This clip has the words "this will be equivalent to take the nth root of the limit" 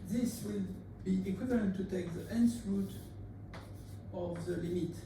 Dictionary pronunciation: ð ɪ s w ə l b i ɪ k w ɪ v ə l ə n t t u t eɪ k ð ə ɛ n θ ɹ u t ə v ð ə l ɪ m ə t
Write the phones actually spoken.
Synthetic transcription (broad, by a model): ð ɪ s w ə l b i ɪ k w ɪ v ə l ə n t t u t eɪ k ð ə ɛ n s ɹ u t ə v ð ə l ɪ m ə t